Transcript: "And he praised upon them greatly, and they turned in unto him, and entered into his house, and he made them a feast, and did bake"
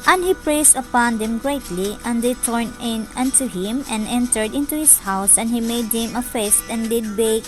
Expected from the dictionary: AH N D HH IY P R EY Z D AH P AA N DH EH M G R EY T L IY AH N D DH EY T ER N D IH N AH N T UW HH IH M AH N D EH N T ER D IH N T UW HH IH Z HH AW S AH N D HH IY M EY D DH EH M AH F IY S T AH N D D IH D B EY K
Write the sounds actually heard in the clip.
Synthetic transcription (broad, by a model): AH N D HH IY P R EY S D AH P AA N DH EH M G R EY T L IY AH N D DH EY T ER N IH N AH N T UW HH IH M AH N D EH N T ER D IH N T UW HH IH S HH AW S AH N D HH IY M EY D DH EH M AH F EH S T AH N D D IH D B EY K